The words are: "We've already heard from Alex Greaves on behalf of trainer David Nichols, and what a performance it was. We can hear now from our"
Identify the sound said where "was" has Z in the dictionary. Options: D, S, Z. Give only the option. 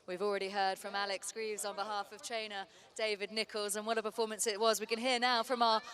Z